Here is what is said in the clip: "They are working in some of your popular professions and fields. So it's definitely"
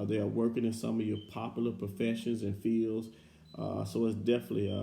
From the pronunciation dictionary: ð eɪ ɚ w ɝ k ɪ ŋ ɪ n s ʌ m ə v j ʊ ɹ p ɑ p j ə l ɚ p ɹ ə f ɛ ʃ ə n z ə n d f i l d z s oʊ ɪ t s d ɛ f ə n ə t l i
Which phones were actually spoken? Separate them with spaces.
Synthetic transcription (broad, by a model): ð eɪ ɚ w ɝ k ɪ ŋ ɪ n s ʌ m ə v j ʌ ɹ p ɑ p j l ɚ p ɹ ə f ɛ ʃ ə n z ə n f i l d z s oʊ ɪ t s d ɛ f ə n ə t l i